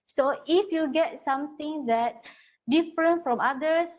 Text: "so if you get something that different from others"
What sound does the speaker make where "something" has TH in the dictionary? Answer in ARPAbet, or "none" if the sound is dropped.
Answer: T